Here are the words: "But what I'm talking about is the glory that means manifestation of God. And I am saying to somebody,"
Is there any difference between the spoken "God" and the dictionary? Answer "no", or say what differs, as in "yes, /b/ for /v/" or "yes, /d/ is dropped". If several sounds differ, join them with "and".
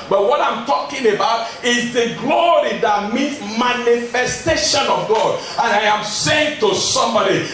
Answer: no